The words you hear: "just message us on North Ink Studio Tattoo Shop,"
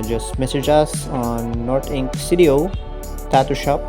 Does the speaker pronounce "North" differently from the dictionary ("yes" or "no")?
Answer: yes